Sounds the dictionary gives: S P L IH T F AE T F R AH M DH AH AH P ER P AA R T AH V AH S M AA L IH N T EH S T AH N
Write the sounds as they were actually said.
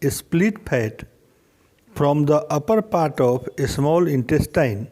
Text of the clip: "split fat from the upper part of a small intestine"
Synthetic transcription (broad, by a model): S P L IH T P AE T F R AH M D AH AH P ER P AA R T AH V AH S M AA L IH N T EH S T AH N